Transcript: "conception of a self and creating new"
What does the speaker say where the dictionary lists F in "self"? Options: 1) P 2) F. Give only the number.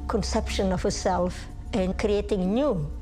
2